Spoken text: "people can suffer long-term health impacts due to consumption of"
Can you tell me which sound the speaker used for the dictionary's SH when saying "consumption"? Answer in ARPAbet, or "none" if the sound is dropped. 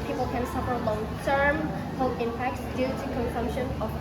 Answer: SH